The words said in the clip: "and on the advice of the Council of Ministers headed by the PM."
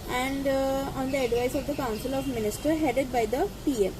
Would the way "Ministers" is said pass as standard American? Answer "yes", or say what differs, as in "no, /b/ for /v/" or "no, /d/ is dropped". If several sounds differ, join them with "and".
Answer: no, /z/ is dropped